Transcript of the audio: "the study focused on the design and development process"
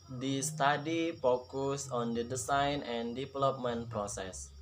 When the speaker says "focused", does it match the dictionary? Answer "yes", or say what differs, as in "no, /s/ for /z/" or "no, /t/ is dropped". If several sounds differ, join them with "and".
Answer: no, /t/ is dropped